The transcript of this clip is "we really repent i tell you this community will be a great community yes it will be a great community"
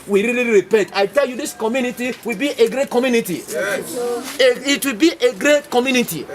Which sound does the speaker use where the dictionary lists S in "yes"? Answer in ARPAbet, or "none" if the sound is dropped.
none